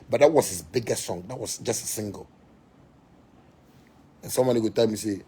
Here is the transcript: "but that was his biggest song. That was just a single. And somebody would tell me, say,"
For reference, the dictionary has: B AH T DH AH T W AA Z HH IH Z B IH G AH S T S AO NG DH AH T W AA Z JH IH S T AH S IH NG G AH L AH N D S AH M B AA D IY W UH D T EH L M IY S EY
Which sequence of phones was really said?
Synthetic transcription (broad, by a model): B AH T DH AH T W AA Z HH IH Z B IH G AH S T S AO NG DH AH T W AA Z JH IH S T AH S IH NG G AH L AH N S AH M AA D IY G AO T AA M IY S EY